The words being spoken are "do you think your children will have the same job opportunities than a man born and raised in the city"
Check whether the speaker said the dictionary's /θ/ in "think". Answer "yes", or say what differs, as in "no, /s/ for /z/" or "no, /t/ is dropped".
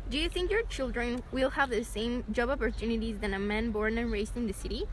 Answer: yes